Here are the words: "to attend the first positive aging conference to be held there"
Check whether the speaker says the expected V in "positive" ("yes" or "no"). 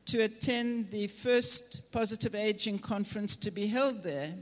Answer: yes